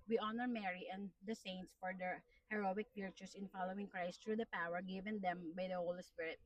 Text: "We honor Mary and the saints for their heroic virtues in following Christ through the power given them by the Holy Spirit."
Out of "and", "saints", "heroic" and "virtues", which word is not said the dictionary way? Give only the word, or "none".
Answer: virtues